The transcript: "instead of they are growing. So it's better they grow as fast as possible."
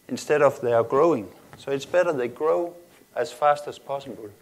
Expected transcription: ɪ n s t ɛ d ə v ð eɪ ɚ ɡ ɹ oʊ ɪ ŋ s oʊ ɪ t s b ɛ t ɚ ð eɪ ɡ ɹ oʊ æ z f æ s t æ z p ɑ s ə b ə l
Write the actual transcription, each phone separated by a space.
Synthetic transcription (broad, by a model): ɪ n s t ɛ d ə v ð eɪ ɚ ɡ ɹ oʊ ɪ ŋ s oʊ ɪ t s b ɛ t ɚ ð eɪ ɡ ɹ oʊ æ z f æ s t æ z p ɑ s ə b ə l